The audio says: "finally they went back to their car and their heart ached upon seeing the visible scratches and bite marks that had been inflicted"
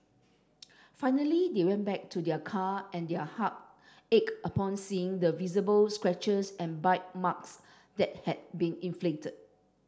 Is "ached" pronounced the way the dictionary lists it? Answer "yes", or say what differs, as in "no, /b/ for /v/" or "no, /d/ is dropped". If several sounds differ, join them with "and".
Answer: no, /t/ is dropped